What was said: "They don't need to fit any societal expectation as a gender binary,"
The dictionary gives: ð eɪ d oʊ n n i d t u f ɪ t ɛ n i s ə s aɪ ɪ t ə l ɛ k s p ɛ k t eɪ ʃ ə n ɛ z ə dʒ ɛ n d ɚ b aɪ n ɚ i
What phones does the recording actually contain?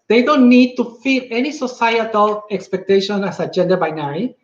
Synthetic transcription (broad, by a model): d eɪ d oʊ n n i d t u f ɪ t ɛ n i s ə s aɪ ɪ t ə l ɛ k s p ɛ k t eɪ ʃ ə n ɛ s ə dʒ ɛ n d ɚ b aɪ n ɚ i